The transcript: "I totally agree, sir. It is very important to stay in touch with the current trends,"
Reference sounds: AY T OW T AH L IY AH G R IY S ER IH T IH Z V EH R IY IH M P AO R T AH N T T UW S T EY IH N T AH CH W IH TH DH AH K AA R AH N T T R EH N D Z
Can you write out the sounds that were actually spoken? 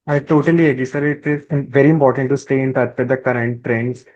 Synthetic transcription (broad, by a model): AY T OW T AH L IY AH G IY S ER IH T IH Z V EH R IY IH M P AO R T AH N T T UW S T EY IH N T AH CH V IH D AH K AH R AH N T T R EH N D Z